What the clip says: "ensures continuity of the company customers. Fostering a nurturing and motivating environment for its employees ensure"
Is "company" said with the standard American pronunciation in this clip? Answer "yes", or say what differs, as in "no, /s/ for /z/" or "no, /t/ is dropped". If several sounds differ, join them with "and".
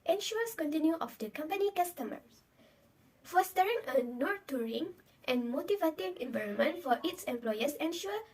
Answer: yes